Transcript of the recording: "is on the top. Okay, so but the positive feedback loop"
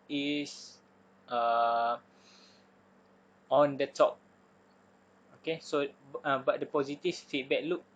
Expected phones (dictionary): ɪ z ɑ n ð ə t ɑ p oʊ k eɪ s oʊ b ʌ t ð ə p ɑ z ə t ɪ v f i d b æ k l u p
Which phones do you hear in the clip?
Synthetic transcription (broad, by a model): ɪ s ɑ n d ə t ɑ p oʊ k eɪ s oʊ b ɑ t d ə p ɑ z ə t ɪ f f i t b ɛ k l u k